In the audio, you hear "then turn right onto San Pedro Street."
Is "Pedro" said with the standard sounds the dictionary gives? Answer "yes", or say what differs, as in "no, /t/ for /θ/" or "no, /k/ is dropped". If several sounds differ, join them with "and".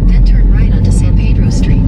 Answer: yes